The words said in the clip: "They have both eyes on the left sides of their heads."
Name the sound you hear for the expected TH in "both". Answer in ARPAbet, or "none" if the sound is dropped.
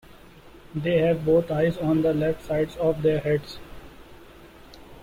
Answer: T